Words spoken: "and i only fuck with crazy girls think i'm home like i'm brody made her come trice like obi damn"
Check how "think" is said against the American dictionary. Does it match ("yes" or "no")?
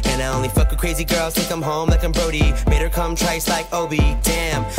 no